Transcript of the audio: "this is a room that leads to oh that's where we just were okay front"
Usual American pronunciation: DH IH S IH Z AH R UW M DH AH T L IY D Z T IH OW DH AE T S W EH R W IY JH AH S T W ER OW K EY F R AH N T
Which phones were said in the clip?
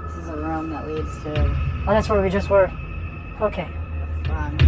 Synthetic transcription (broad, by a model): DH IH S IH Z AH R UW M DH AH T W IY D S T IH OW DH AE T S W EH R W IY JH AH S T W ER OW K EY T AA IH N